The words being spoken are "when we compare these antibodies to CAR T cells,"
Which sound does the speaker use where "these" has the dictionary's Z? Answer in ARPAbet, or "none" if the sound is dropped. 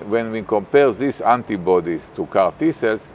S